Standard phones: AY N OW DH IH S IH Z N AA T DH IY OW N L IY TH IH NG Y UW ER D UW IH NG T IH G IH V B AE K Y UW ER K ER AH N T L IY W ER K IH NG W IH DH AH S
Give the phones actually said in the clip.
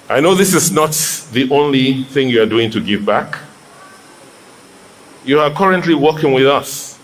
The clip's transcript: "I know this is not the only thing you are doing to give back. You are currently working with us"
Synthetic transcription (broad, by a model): AY N OW DH IH S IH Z N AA T DH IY OW N L IY TH IH NG Y UW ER D UW IH NG T IH G IH V B AE K Y UW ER K ER AH N T L IY W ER K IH NG W IH DH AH S